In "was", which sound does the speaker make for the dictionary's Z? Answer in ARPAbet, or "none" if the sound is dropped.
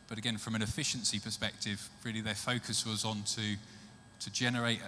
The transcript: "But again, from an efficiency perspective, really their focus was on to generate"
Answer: Z